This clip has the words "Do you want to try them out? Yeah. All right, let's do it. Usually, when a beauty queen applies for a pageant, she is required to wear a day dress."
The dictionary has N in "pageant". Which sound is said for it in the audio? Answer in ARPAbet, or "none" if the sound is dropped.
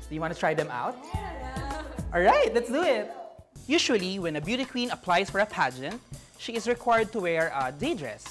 N